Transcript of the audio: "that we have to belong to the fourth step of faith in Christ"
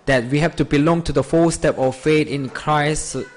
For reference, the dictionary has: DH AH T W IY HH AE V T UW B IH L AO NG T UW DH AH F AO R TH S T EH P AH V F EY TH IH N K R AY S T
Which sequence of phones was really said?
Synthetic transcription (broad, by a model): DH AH T W IY HH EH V T UW B IH L AO NG T UW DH AH F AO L S T EH P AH F F EY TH IH N K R AY S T